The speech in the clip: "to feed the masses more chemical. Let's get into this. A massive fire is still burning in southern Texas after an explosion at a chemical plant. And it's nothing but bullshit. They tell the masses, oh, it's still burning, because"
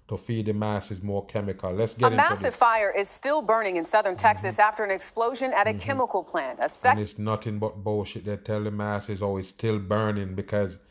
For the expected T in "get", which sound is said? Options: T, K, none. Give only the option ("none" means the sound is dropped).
none